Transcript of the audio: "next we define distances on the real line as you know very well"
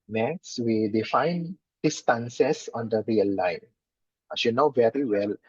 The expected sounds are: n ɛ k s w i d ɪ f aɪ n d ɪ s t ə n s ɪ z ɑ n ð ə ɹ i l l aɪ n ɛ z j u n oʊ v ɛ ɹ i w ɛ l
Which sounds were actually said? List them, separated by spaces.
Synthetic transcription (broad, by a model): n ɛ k s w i d ɪ f aɪ n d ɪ s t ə n s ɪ s ɑ n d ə ɹ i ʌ l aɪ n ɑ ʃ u n oʊ v ɛ ɹ i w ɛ l